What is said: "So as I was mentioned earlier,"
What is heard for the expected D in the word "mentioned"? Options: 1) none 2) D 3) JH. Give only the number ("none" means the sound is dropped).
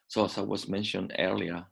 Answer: 2